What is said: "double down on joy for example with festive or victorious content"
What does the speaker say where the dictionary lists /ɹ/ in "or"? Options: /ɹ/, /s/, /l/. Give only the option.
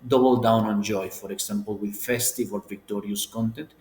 /l/